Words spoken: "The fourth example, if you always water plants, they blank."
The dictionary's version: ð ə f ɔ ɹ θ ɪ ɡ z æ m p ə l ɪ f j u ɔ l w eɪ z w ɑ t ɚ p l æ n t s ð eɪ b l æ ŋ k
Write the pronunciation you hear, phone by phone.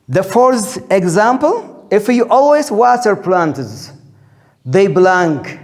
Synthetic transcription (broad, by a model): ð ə f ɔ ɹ s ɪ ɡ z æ m p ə l ɪ f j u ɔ l w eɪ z w ɑ t ɚ p l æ n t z ð eɪ b l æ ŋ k